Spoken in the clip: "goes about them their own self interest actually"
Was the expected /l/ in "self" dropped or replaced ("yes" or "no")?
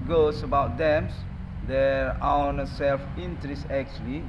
no